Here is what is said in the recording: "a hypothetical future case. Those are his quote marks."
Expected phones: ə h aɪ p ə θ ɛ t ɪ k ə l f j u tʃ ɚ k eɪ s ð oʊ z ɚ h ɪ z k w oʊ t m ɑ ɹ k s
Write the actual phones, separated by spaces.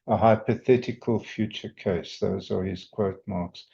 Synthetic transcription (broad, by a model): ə h aɪ p ə θ ɛ t ɪ k ə l f j u tʃ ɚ k eɪ s ð oʊ z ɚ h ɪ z k w oʊ t m ɑ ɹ k s